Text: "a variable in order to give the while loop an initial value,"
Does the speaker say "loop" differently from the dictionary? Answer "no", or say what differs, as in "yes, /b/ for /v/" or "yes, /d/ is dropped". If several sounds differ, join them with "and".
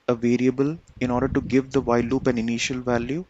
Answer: no